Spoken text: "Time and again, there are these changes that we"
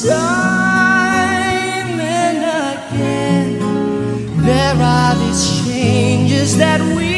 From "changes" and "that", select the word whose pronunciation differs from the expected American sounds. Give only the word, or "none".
none